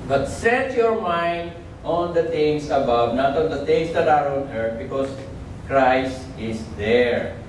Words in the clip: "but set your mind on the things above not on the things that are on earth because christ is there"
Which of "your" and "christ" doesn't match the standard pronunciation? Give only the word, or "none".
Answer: none